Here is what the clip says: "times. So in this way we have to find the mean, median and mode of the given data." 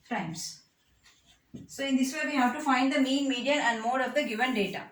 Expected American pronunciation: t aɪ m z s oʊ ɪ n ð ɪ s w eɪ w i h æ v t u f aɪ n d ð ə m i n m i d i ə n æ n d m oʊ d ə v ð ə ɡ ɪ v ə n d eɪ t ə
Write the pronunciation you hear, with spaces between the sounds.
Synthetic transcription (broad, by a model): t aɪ m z s oʊ ɪ n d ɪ s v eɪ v i h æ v t u f aɪ n d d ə m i n m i d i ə æ n d m oʊ d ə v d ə ɡ ɪ v ə n d eɪ t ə